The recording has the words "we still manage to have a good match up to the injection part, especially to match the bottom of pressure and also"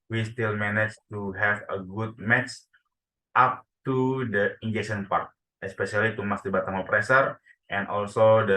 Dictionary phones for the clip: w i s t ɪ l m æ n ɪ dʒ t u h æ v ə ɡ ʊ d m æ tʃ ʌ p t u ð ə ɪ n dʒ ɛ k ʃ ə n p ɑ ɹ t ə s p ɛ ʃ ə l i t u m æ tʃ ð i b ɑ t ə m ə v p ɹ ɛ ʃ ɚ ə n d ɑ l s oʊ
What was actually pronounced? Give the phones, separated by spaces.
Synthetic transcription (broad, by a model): w i s t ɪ l m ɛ n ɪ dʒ t u h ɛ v ə ɡ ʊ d m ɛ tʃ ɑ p t u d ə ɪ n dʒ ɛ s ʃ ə n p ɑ ɹ t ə s p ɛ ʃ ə l i t u m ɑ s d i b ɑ t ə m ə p ɹ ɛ s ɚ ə n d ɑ l s oʊ